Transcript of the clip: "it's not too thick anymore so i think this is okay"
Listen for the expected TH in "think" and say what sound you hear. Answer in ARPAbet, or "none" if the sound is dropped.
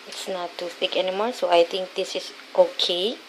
T